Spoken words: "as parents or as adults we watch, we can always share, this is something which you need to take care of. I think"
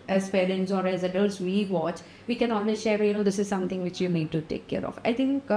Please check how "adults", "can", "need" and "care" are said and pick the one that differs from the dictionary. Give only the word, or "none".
adults